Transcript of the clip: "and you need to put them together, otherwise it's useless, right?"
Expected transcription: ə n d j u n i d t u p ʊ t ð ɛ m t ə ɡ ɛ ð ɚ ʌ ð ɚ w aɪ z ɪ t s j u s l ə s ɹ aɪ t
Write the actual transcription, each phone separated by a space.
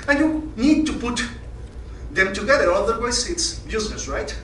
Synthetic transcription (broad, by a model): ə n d j u n i d t u p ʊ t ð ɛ m t ə ɡ ɛ ð ɚ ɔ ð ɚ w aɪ s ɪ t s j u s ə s ɹ aɪ t